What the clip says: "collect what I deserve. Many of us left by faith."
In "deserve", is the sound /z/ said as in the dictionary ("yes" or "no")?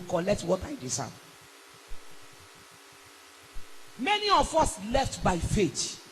no